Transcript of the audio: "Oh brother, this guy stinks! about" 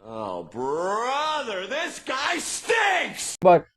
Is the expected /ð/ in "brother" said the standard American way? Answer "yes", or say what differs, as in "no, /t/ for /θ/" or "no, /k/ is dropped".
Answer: yes